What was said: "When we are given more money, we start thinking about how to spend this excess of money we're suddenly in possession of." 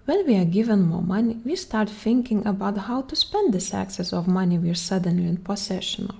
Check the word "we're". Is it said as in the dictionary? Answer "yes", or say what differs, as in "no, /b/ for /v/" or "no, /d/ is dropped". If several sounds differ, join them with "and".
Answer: yes